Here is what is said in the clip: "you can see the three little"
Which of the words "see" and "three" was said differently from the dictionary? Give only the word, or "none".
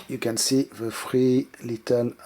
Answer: three